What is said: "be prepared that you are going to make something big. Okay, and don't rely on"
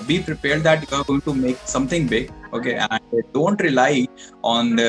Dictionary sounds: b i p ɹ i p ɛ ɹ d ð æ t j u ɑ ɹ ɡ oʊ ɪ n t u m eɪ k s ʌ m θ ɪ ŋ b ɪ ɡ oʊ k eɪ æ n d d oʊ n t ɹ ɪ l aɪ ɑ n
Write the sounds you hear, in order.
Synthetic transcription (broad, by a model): b i p ɹ i p ɛ ɹ d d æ t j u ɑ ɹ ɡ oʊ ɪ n t u m eɪ k s ʌ m t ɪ ŋ b ɪ ɡ oʊ k eɪ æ n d d oʊ n t ɹ ɪ l aɪ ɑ n